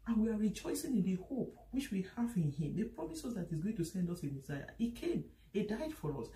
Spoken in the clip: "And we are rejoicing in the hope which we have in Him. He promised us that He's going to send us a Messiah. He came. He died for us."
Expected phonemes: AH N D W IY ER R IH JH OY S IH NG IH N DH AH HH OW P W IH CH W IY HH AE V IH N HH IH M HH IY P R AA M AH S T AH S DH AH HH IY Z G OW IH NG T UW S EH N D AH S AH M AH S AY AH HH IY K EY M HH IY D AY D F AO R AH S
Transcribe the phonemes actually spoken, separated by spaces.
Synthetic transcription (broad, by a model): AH N W IY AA R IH JH OY S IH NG IH N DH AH HH OW P W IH CH W IY HH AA V IH N HH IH M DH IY P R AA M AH S AH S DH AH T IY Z G OW IH NG T UW S EH N D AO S AH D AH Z AY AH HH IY K EY M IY D AY D F AO R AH S